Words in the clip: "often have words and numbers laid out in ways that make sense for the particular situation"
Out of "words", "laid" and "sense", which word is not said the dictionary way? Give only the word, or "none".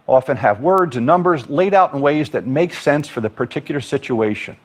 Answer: none